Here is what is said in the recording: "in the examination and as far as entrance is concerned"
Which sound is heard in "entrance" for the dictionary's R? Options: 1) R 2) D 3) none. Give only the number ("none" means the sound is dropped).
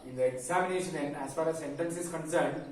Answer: 3